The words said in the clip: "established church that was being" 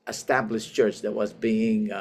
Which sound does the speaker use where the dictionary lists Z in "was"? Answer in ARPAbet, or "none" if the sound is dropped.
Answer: Z